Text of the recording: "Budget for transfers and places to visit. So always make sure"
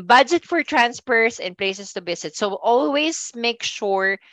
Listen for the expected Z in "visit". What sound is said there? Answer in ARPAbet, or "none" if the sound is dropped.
S